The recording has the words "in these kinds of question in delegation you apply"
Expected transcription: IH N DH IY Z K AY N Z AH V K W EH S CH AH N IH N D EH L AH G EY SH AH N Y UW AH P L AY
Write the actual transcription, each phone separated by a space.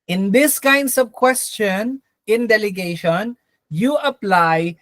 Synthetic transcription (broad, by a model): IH N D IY S K AY N S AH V K W EH S CH AH N IH N D EH L AH G EY SH AH N Y UW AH P L AY